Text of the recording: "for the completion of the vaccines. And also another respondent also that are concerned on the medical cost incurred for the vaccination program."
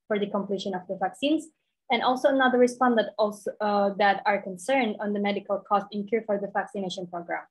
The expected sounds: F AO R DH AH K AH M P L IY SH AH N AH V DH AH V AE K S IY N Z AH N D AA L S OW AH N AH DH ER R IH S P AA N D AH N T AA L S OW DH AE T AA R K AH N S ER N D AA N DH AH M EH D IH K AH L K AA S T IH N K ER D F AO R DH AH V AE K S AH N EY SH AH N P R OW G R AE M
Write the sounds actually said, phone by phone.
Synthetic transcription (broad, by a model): F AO R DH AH K AH M P L IY SH AH N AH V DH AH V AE K S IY N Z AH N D AA L S OW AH N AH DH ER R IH S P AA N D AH T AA L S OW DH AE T AA R K AH N S ER N D AA N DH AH M EH D IH K AH L K AA S T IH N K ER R F AO R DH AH V AE K S AH N EY SH AH N P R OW G R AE M